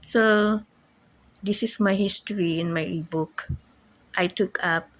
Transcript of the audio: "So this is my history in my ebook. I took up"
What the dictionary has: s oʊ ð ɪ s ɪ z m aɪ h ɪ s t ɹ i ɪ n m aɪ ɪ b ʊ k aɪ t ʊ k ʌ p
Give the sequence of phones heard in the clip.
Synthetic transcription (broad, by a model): s oʊ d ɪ s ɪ s m aɪ h ɪ s t ɹ i ɪ n m aɪ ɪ b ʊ k aɪ t ʊ k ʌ p